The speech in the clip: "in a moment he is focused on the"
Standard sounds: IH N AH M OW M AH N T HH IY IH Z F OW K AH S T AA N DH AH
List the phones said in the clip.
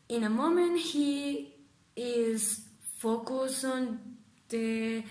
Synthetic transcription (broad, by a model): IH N AH M OW M AH N T HH IY IH Z F OW K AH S AA N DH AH